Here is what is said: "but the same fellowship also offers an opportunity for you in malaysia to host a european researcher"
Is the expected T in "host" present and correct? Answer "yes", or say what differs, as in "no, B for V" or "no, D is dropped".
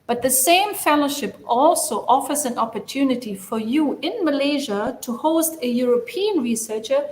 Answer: yes